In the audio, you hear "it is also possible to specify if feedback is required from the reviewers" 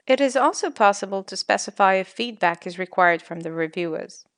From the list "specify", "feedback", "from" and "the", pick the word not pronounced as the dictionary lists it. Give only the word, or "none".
none